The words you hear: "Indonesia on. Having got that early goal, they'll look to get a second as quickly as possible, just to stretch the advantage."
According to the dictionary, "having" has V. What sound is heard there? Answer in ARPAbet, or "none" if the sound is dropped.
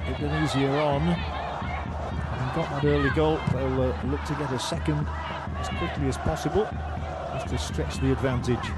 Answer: none